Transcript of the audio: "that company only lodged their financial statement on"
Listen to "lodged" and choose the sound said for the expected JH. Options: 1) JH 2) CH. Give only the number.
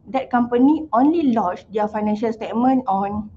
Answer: 2